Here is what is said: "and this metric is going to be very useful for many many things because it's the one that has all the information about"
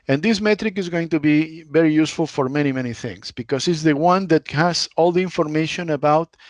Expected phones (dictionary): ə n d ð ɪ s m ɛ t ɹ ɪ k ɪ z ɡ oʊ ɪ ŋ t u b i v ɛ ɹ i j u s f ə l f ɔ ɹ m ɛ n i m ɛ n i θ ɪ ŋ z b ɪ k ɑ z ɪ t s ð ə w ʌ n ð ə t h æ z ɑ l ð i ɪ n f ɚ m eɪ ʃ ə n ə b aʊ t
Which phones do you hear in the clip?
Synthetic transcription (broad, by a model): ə n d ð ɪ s m ɛ t ɹ ɪ k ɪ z ɡ oʊ ɪ ŋ t u b i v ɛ ɹ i j u s f ə l f ɔ ɹ m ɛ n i m ɛ n i θ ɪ ŋ s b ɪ k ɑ s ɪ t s ð ə w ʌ n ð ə t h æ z ɑ l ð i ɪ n f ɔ m eɪ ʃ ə n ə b aʊ t